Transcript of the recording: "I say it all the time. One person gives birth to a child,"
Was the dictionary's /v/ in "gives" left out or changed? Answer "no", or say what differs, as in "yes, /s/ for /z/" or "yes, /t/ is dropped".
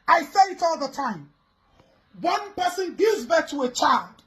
yes, /v/ is dropped